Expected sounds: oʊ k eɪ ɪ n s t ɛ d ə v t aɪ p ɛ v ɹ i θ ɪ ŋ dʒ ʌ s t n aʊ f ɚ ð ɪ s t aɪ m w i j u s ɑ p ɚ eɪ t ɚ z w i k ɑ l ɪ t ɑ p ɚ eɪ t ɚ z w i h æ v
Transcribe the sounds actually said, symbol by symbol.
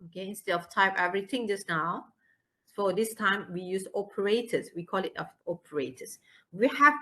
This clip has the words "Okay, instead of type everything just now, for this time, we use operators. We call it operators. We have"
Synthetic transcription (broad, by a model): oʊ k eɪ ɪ n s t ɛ ə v t aɪ p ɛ v ɹ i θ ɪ ŋ dʒ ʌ s n aʊ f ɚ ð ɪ s t aɪ m w i j u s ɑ p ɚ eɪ t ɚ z w i k ɑ l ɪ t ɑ p ɚ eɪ t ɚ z w i h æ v